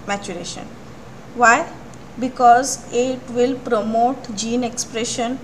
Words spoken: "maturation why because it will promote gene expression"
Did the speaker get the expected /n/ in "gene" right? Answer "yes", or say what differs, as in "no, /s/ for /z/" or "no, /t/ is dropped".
yes